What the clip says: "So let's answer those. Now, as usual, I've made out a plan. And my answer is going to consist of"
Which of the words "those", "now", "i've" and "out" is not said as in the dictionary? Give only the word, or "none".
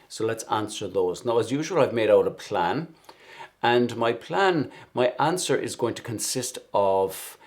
none